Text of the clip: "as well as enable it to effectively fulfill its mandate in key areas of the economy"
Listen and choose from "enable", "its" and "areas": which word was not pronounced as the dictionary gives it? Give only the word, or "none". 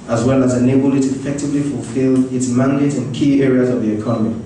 none